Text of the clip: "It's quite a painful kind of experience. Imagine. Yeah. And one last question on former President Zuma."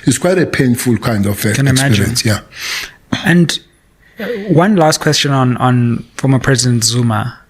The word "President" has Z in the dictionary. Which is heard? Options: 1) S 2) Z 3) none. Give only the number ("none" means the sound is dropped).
2